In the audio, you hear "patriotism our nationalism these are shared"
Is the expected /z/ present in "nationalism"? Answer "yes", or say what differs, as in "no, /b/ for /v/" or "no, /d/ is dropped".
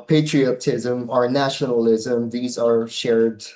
yes